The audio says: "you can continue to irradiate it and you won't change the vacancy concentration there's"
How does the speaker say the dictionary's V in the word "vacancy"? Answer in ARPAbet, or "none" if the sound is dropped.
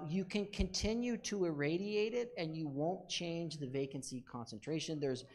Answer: V